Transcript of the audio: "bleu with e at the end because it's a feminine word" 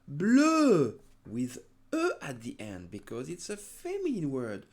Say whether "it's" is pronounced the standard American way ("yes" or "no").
yes